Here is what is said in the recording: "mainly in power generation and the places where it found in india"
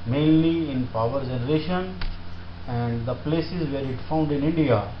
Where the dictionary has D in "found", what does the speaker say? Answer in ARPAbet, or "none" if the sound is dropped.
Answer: D